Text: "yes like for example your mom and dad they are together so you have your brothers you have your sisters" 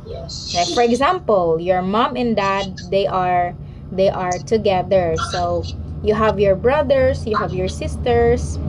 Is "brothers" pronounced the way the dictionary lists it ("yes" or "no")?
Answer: no